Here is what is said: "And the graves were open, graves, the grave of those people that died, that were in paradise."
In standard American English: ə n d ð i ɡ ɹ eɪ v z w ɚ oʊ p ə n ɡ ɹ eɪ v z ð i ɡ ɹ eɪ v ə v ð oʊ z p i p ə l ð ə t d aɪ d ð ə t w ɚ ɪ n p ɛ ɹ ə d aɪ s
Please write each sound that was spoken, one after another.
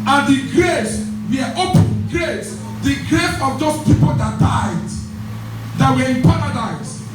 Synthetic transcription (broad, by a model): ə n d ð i ɡ ɹ eɪ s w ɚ oʊ p ə n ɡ ɹ eɪ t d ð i ɡ ɹ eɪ f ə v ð oʊ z p i p ə l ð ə t d aɪ d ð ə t w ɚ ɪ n p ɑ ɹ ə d aɪ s